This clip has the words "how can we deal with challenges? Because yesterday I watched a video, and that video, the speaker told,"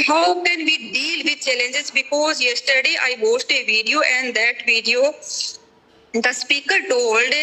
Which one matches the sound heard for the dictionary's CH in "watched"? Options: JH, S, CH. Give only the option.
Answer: S